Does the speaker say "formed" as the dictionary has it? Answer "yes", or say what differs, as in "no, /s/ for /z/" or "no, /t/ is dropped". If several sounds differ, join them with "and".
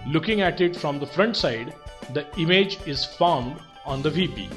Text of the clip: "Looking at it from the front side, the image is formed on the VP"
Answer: yes